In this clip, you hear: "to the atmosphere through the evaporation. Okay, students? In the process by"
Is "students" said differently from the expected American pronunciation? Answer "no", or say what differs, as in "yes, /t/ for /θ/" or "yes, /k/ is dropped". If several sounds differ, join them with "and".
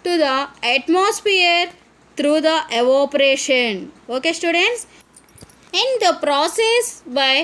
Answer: no